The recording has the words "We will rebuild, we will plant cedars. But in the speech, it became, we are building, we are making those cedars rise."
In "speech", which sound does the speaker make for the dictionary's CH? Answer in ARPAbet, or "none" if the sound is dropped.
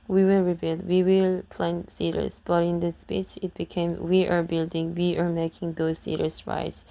S